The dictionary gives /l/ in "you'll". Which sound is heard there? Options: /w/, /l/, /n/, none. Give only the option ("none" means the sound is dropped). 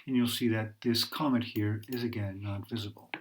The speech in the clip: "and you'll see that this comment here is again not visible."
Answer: /l/